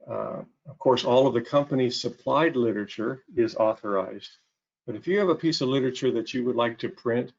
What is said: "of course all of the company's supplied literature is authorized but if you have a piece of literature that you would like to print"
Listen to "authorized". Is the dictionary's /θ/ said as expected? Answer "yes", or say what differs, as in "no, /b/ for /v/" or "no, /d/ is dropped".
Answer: yes